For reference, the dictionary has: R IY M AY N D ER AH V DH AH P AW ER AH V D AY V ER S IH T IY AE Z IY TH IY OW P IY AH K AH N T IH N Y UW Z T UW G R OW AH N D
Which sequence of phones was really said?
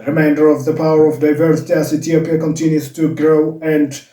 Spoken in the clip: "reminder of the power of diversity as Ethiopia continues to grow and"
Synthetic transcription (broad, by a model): R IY M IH N D ER AH V DH AH P AW ER AH V D AY V ER S IH T IY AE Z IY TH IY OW P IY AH K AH N T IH N Y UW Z T UW G R OW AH N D